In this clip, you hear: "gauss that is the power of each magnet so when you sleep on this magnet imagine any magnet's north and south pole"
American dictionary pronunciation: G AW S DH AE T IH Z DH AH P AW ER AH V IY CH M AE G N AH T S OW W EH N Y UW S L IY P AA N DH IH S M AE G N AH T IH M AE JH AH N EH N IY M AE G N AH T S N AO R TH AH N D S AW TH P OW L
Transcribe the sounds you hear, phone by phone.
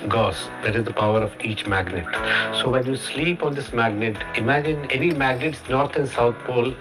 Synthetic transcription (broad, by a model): G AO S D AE T IH Z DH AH P AW ER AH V IY CH M AE G N AH T S OW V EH N Y UW S L IY P AA N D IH S M AE G N AH T IH M AE JH AH N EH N IY M AE G N AH T S N AO R T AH N S AW T P OW L